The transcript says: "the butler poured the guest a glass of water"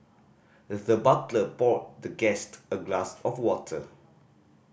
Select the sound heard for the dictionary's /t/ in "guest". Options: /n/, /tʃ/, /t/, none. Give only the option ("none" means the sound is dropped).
/t/